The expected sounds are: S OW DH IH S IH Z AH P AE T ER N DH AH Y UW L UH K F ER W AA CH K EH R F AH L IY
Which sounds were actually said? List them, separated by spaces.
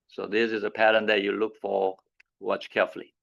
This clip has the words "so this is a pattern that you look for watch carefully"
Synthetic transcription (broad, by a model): S OW DH IH S IH Z AH P AE T ER N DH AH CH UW L UH K F ER W AA CH K EH R F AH L IY